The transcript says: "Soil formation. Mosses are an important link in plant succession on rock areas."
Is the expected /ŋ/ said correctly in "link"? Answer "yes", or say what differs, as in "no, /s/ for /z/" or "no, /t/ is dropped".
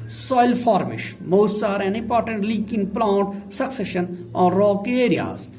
no, /ŋ/ is dropped